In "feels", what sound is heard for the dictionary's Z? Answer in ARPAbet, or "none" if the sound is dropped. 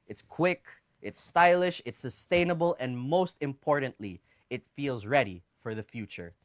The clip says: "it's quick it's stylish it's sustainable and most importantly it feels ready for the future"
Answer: Z